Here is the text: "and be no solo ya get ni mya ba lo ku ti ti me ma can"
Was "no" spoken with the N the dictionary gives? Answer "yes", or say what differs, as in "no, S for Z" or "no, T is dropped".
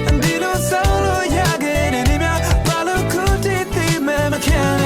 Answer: no, L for N